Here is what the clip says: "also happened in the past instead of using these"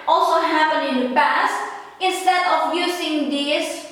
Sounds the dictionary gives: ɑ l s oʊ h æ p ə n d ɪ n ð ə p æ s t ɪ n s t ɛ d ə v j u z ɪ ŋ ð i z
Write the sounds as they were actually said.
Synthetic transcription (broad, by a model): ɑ l s oʊ h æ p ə n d ɪ n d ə p æ s t ɪ n s t ɛ d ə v j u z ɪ ŋ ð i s